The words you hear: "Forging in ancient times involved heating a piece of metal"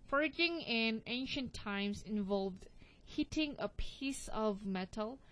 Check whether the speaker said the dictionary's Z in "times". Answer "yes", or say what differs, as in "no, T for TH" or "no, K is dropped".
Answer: no, S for Z